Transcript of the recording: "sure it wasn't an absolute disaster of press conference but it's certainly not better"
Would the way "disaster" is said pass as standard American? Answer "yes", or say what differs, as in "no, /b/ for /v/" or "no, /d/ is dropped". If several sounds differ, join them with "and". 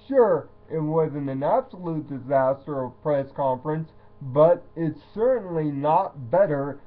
yes